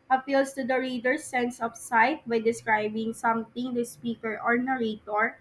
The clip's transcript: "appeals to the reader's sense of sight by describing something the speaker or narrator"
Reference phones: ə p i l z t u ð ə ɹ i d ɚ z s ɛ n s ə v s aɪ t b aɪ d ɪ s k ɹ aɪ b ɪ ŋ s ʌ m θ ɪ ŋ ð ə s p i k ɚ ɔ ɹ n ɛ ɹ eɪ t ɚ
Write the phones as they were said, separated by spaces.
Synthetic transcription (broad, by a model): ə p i l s t u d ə ɹ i d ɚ s ɛ n s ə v s aɪ t b aɪ d ɪ s k ɹ aɪ b ɪ ŋ s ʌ m t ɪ ŋ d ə s p i k ɚ ɔ ɹ n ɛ ɹ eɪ t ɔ